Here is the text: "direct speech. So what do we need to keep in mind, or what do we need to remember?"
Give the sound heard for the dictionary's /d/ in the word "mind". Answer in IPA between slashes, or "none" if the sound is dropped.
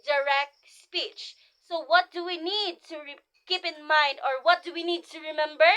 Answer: /d/